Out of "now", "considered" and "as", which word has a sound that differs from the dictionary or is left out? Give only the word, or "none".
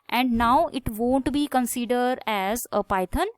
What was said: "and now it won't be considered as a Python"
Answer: none